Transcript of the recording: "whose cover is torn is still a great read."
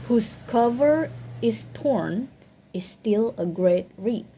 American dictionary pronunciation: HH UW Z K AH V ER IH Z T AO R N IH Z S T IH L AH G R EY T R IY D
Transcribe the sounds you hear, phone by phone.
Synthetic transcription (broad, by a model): HH UW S K AH V ER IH S T AO R N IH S T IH L AH G R EY T R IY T